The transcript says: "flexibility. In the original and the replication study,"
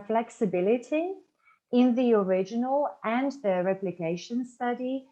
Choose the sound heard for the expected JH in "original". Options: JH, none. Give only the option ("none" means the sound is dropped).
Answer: JH